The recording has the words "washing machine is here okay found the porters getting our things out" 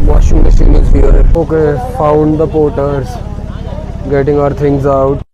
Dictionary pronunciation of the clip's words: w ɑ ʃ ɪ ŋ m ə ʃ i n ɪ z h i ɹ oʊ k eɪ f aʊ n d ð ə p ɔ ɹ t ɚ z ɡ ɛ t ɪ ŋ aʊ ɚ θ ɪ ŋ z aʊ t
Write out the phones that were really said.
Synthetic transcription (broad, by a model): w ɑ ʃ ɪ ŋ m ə s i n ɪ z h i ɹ oʊ k eɪ f aʊ n d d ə p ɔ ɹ t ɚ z ɡ ɛ t ɪ ŋ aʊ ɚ t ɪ ŋ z aʊ t